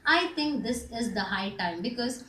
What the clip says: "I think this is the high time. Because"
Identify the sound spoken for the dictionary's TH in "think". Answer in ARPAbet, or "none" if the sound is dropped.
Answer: T